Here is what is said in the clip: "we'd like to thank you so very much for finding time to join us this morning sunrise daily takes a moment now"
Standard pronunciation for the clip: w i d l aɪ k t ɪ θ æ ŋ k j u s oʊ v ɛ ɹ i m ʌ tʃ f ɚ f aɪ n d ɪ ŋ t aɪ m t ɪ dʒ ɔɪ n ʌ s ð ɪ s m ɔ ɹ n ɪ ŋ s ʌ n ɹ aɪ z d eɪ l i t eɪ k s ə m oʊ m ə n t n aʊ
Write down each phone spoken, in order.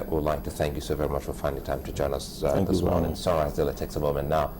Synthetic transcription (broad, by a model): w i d l aɪ k t ɪ θ æ ŋ k j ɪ s oʊ v ɛ ɹ i m ʌ tʃ f ɚ f aɪ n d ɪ t aɪ m t ɪ dʒ ɔɪ n ʌ s ð ɪ s m ɔ ɹ n ɪ ŋ s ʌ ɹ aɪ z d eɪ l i t eɪ k s ə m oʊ m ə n n aʊ